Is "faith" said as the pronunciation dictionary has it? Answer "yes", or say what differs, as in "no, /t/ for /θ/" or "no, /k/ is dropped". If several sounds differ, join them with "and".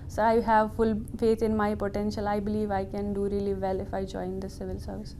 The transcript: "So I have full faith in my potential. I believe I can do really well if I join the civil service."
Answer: no, /t/ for /θ/